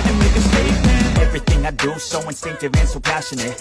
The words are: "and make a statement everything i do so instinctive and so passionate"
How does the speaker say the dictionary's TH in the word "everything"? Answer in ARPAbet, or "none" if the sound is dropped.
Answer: TH